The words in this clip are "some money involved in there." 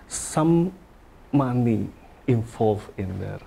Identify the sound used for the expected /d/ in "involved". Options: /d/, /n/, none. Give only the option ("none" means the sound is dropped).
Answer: none